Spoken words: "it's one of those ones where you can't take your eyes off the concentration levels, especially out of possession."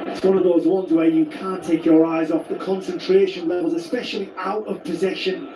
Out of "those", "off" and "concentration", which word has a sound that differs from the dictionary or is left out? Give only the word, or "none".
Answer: none